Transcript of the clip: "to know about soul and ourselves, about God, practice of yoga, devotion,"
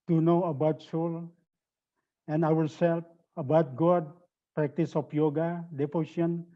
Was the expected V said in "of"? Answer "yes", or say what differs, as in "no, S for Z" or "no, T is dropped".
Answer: no, P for V